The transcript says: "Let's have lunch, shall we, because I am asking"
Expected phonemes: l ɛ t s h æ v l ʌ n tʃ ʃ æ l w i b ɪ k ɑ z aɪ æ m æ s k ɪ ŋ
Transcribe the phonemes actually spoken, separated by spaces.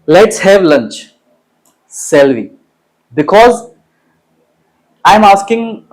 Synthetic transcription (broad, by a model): l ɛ t s h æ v l ʌ n tʃ s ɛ l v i b ɪ k ɑ z aɪ m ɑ s k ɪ ŋ